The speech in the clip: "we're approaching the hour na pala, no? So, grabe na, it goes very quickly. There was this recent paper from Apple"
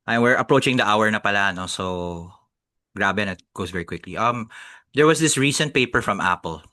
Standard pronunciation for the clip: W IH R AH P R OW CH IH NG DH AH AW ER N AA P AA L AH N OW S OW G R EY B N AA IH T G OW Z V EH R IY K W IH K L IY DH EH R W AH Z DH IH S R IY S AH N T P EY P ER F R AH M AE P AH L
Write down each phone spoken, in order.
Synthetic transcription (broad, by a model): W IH R AH P R OW CH IH NG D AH AW ER N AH P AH L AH N OW S OW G R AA B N IH T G OW S V EH R IY K W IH K L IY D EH R W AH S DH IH S R IY S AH N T P EY P ER F R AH M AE P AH L